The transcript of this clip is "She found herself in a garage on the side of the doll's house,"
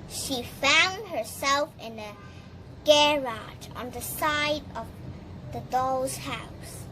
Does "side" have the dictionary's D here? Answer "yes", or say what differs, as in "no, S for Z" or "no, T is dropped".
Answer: yes